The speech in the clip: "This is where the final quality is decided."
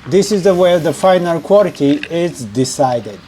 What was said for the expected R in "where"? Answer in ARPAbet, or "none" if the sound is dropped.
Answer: W